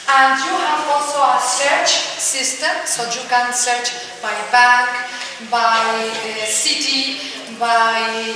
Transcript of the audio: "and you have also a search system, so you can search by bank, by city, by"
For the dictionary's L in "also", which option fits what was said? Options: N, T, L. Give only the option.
L